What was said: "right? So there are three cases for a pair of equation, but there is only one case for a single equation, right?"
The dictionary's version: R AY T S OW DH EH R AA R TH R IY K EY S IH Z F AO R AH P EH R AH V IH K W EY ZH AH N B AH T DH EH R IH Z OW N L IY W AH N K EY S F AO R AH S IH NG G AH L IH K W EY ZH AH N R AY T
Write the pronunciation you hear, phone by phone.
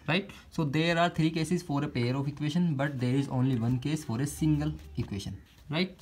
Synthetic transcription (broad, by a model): R AY T S OW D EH R AA R T R IY K EY S IH Z F AO R AH P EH R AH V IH K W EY SH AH N B AH T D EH R IH Z OW N L IY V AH N K EY S F AO R AH S IH NG G AH L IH K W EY SH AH N R AY T